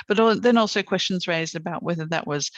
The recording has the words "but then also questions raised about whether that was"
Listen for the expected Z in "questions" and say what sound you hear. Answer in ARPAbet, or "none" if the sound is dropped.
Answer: Z